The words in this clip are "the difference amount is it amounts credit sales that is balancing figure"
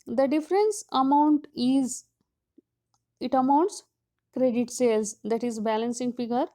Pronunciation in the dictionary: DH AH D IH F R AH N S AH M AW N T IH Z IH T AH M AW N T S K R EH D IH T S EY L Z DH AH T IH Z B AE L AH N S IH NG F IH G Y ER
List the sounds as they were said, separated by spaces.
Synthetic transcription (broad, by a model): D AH D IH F R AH N S AH M AW N T IH Z IH T AH M AW N T S K R EH D IH T S EY L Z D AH T IH Z B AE L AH N S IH NG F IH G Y ER